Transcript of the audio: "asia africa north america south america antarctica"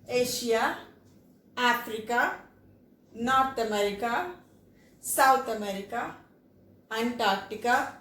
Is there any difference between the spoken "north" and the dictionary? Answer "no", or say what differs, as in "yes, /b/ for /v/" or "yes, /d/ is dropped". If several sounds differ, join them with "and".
yes, /t/ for /θ/